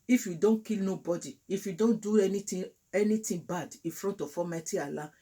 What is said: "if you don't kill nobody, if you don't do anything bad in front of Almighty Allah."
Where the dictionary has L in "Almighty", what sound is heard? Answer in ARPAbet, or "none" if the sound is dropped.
none